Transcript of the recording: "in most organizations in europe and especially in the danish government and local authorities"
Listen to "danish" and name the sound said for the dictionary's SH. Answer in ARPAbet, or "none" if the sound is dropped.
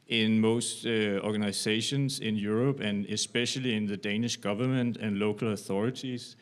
SH